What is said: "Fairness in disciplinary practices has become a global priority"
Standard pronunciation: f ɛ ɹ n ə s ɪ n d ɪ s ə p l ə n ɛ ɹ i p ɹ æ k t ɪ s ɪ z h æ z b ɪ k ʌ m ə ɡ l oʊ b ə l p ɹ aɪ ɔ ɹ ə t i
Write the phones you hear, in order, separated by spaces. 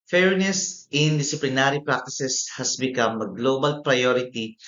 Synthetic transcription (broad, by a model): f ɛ ɹ n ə s ɪ n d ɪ s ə p l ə n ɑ ɹ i p ɹ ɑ k t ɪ s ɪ s h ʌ s b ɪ k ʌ m ə ɡ l oʊ b ə l p ɹ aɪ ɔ ɹ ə t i